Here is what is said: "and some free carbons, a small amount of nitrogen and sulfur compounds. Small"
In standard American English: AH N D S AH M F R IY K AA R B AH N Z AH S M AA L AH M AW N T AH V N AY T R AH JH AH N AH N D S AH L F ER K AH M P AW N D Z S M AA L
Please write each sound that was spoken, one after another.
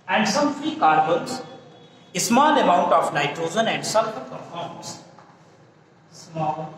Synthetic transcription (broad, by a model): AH N D S AH M F R IY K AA R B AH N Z AH S M AA L AH M AW N T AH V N AY T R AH Z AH N AH N D S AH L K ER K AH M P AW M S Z S M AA L